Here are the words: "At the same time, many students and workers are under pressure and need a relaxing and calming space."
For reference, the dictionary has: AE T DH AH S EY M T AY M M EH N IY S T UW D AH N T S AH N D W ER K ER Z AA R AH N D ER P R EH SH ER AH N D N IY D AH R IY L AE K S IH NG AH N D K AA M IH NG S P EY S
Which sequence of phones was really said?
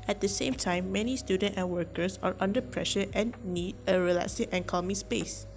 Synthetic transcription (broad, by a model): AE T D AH S EY M T AY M M EH N IY S T UW D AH N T AH N W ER K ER S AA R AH N D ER P R EH SH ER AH N N IY D AH R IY L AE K S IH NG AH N K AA M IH S P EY S